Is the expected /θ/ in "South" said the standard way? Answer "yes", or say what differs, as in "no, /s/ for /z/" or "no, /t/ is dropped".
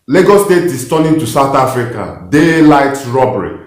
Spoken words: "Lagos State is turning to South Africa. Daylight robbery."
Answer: no, /t/ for /θ/